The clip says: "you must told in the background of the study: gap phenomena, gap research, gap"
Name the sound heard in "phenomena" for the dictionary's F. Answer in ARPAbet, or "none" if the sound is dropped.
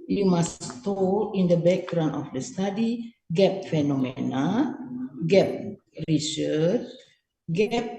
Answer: F